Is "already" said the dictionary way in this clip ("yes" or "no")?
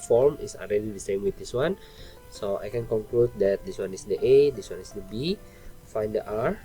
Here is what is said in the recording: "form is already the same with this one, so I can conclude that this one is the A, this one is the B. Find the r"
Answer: no